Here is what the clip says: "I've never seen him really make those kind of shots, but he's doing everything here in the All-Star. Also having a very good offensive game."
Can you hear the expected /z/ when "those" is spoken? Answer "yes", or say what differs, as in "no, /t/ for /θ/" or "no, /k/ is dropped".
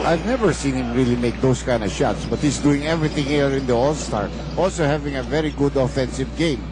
no, /s/ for /z/